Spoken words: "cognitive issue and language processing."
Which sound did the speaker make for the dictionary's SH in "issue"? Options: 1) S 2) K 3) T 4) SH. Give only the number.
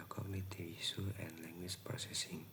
1